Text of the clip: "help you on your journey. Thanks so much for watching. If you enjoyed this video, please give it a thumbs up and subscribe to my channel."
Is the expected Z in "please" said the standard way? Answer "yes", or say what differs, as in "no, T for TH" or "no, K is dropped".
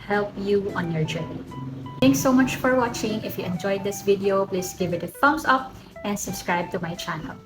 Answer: no, S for Z